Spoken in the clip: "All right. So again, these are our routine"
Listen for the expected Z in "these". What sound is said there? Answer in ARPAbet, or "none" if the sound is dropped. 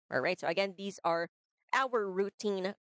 Z